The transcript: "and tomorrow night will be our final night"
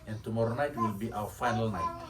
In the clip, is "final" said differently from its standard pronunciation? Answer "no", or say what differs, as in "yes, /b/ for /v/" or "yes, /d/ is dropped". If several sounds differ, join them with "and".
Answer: no